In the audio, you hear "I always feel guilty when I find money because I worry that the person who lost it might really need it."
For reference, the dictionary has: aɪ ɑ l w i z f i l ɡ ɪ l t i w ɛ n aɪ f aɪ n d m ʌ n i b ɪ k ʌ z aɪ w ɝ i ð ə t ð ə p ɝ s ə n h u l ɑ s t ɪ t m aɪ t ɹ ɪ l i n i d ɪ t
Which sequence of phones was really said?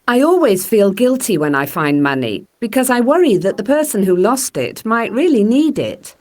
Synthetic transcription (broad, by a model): aɪ ɑ l w i z f i l ɡ ɪ l t i w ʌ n aɪ f aɪ n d m ʌ n i b ɪ k ʌ z aɪ w ɝ i ð ə t ð ə p ɝ s ə n h u l ɑ s t ɪ t m aɪ t ɹ ɪ l i n i d ɪ t